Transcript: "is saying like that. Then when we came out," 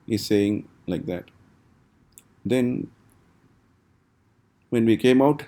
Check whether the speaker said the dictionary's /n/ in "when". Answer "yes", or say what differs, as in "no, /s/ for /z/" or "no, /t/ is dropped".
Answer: yes